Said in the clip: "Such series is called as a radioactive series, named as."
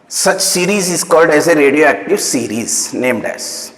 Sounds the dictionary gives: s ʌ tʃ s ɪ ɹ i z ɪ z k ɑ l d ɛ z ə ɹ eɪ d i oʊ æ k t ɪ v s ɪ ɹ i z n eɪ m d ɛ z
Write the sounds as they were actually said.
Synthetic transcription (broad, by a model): s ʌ tʃ s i ɹ i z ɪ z k ɑ l d ɛ z ə ɹ eɪ d i oʊ æ k t ɪ v s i ɹ i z n eɪ m d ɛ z